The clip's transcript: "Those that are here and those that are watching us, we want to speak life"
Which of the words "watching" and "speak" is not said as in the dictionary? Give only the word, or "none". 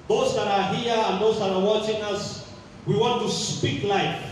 none